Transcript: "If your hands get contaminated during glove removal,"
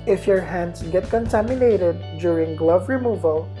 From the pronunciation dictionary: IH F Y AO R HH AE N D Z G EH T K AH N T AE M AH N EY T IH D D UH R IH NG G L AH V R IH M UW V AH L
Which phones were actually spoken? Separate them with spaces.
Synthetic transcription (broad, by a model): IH F Y AO R HH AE N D S G EH T K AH N T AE M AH N EY T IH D D UH R IH NG G L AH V R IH M UW V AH L